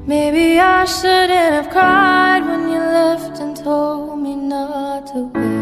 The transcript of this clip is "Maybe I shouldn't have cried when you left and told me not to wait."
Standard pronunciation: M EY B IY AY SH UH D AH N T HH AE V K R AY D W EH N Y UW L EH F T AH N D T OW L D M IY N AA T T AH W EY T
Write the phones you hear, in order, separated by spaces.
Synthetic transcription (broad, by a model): M EY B IY AY SH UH D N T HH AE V K R AY D W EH N Y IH L EH F T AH N T OW L D M IY N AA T T AH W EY